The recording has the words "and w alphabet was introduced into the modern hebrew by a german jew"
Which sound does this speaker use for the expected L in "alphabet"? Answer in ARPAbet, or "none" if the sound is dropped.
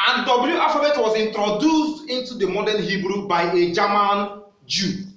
none